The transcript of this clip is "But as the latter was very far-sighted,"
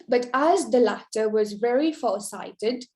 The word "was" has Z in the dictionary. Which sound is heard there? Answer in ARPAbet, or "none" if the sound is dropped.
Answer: Z